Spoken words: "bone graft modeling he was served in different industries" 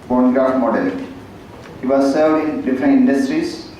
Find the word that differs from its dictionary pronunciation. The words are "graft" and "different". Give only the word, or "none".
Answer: graft